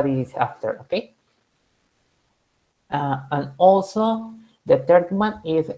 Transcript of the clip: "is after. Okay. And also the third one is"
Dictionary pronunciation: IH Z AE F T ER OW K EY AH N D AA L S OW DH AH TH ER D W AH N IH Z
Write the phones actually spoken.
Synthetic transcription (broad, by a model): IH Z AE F T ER OW K EY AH N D AA L S OW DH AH T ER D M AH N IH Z